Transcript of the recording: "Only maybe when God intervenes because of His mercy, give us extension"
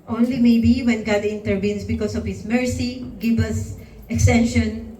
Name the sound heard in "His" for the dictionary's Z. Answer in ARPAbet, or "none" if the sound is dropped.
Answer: S